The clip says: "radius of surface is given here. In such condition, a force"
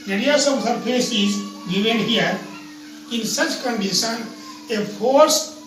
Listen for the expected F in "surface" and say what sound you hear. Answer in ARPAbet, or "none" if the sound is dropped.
P